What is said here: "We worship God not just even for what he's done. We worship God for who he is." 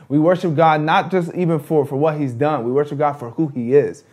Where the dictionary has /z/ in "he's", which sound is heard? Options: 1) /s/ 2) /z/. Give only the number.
2